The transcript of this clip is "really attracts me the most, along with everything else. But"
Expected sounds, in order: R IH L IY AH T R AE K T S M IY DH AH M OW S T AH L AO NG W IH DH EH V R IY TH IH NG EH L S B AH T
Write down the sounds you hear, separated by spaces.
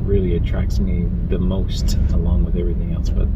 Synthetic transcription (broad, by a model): R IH L IY AH T R AE K T S M IY DH AH M OW S T AH L AO NG W IH DH EH V R IY TH IH NG EH L S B AH T